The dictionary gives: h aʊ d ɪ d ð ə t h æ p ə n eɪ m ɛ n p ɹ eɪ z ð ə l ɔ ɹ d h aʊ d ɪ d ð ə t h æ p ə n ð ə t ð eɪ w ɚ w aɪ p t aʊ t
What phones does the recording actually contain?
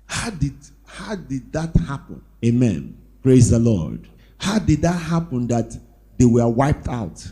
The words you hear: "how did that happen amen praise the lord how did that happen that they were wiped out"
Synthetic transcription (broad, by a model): h aʊ d ɪ d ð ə t h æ p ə n eɪ m ɛ n p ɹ eɪ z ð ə l ɔ ɹ d h aʊ d ɪ d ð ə t h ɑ p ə n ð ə t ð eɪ w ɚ w aɪ p t aʊ t